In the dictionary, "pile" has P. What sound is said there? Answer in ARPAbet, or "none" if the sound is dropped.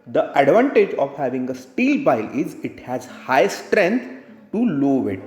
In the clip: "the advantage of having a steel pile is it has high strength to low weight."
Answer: B